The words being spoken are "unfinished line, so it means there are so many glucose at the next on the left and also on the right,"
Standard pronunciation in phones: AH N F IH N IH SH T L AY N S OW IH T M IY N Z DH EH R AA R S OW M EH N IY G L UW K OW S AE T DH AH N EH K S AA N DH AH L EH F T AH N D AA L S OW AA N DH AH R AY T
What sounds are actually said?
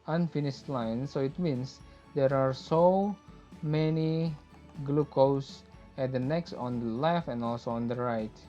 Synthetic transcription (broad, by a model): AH N F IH N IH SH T L AY N S OW IH T M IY N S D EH R AA R S OW M EH N IY G L UW K OW S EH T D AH N EH K S AA N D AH L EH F AH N AA L S OW AA N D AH R AY T